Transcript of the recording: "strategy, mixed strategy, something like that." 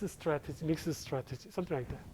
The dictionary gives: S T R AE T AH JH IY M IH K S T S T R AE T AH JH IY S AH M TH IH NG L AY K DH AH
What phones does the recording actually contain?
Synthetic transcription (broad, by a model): S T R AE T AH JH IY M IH K S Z S T R AE T AH JH IY S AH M T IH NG L AY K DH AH